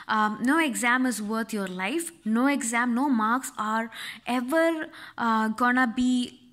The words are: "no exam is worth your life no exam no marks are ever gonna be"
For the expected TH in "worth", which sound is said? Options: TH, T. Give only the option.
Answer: T